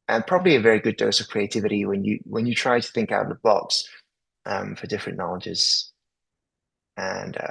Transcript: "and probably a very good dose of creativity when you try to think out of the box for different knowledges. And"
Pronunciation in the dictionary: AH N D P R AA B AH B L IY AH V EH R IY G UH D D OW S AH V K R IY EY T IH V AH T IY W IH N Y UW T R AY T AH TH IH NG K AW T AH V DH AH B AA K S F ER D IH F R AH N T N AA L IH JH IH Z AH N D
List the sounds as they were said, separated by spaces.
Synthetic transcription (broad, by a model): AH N P R AA B AH B L IY AH V EH R IY G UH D D OW S AH V K R IY EY T IH V AH T IY W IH N Y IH T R AY T AH TH IH NG K AW T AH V DH AH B AA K S F ER D IH F R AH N N AA L IH JH IH Z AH N